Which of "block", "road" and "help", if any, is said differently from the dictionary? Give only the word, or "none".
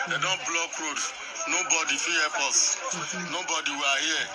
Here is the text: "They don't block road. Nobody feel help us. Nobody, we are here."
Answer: help